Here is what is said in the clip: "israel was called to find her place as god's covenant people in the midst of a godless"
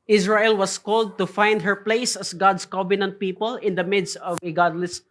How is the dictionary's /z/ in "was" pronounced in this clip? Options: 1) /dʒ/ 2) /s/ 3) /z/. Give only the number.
2